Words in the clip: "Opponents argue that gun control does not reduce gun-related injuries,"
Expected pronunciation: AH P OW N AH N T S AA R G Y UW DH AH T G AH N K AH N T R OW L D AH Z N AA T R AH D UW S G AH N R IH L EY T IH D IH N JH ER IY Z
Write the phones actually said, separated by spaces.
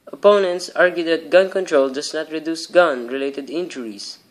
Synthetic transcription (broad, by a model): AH P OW N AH N T S AA R G Y UW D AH T G AH N K AH N T R OW L D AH S N AA T R AH D UW S G AH N R IH L EY T IH D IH N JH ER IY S